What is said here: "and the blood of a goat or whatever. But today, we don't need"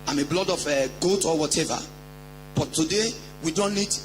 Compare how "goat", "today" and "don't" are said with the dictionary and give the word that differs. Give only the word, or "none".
none